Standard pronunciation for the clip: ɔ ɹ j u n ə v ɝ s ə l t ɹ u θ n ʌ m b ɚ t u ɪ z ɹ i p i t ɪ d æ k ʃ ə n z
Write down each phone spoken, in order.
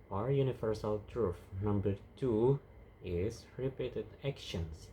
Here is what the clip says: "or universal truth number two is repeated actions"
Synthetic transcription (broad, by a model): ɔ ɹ j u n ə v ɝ s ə l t ɹ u f n ʌ m b ɚ t u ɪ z ɹ i p i t ɪ d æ k ʃ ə n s